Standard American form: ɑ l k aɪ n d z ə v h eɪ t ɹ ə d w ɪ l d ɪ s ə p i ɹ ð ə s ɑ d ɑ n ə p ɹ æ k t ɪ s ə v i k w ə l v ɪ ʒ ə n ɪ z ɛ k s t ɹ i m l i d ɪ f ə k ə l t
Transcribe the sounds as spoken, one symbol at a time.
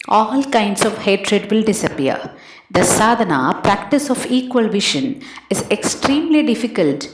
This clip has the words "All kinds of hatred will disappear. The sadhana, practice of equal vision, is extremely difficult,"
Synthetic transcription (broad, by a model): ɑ l k aɪ n d s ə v h eɪ t ɹ ə d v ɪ l d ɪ s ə p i ɹ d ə s ɑ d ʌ n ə p ɹ æ k t ɪ s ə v i k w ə l v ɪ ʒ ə n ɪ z ɛ k s t ɹ i m l i d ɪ f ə k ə l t